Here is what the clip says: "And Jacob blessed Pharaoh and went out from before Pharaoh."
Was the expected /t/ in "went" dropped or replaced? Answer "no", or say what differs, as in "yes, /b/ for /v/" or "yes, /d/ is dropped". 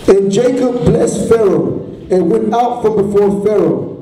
no